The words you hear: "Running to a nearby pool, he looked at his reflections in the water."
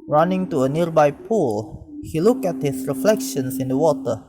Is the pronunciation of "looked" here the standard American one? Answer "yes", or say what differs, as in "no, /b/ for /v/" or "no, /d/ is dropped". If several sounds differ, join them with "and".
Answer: no, /t/ is dropped